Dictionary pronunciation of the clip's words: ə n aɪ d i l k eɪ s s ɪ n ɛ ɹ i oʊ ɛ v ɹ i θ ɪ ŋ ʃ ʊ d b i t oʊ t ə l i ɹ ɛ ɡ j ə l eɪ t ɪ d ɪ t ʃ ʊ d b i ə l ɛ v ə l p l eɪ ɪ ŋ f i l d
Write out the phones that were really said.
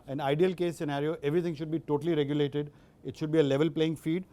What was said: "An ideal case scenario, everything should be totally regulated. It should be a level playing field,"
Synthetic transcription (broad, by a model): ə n aɪ d i l k eɪ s s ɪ n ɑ ɹ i oʊ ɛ v ɹ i t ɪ ŋ ʃ ʊ d b i t oʊ t ə l i ɹ ɛ ɡ j ə l eɪ t ɪ d ɪ t ʃ ʊ d b i ə l ɛ v ə l p l eɪ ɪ ŋ f i d